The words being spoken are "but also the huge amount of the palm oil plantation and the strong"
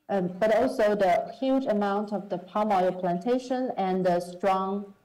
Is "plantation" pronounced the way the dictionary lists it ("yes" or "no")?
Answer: yes